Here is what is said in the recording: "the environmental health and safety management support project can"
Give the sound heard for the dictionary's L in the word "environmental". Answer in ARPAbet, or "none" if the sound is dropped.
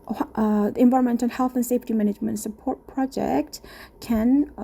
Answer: N